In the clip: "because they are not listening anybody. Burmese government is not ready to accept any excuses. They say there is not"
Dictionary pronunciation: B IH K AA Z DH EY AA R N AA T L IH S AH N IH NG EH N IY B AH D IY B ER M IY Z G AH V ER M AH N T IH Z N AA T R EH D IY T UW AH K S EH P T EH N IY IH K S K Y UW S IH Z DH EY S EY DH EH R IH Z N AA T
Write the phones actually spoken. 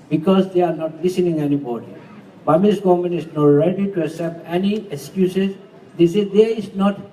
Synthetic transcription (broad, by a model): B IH K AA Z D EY AA R N AA T L IH S AH N IH NG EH N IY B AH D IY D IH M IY S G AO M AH N IH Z N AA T R EH D IY T UW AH S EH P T EH N IY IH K S K Y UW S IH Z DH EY S EY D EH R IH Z N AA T